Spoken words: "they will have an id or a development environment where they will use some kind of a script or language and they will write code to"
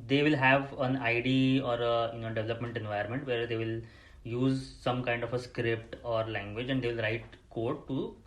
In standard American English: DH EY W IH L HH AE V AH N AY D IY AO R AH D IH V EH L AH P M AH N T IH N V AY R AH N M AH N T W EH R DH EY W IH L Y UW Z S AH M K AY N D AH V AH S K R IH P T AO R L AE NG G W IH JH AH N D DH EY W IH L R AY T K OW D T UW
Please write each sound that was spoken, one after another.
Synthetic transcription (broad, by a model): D EY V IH L HH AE V AH N AY D IY AO R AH D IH V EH L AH P M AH N T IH N V AY AH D M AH N T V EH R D EY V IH L Y UW Z S AH M K AY N D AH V AH S K R IH P T AO R L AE NG G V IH JH AH N D EY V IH L R AY T K OW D T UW